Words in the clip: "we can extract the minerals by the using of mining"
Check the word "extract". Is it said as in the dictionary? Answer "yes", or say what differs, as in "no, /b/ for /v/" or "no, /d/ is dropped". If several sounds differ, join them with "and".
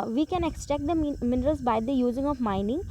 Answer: no, /ɹ/ is dropped